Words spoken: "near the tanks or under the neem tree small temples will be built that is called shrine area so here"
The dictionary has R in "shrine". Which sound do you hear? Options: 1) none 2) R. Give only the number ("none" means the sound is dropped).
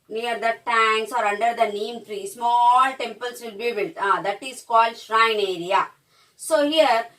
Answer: 2